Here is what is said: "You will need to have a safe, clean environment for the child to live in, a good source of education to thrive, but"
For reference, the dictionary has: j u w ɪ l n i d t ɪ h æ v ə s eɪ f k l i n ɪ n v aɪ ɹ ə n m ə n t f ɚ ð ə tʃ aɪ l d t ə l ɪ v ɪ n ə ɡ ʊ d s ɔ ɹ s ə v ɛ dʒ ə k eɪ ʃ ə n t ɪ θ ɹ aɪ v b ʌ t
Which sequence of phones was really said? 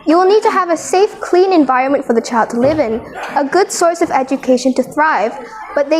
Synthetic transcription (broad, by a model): j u w ɪ l n i d t ɪ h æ v ə s eɪ f k l i n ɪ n v aɪ ɹ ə n m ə n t f ɚ ð ə tʃ aɪ l d t ə l ɪ v ɪ n ə ɡ ʊ d s ɔ ɹ s ə v ɛ dʒ ə k eɪ ʃ ə n t ɪ θ ɹ aɪ v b ʌ t